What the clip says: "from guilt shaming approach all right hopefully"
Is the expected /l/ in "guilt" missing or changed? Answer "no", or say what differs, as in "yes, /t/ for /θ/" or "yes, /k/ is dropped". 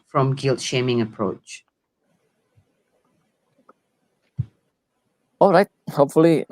no